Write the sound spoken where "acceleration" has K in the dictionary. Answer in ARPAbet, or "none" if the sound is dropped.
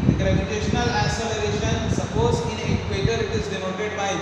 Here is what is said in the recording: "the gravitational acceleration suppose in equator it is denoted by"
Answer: none